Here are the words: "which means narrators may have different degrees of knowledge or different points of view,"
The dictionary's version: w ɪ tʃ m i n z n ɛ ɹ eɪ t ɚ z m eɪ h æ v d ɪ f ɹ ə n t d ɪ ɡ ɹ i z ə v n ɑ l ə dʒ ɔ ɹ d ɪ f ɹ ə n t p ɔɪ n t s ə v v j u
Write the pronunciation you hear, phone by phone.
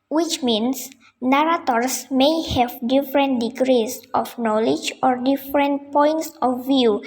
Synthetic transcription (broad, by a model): w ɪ tʃ m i n s n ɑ ɹ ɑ t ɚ s m eɪ h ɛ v d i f ɹ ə n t d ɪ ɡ ɹ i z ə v n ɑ l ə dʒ ɔ ɹ d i f ɹ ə n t p ɔɪ n t s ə f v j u